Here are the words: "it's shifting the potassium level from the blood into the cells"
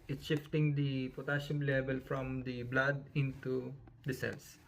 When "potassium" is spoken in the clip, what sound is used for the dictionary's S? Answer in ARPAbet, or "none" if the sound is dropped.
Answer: SH